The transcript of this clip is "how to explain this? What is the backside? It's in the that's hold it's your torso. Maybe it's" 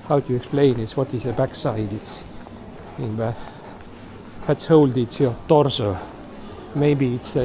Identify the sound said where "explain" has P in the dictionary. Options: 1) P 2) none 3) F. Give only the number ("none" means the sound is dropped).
2